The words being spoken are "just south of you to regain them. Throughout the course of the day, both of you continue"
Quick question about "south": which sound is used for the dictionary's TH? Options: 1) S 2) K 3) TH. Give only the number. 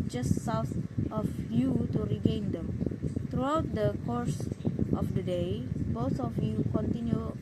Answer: 1